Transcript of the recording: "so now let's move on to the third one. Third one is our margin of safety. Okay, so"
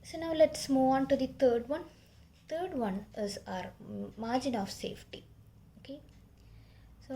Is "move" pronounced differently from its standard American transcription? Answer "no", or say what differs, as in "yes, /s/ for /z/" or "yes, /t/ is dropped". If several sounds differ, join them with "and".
yes, /v/ is dropped